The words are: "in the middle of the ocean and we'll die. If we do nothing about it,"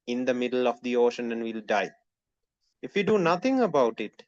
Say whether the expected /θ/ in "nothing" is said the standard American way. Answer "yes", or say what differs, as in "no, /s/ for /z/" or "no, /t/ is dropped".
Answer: no, /t/ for /θ/